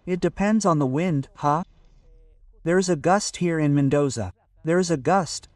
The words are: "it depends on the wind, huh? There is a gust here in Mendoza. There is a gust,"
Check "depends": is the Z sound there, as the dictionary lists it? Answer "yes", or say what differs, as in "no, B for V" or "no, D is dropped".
yes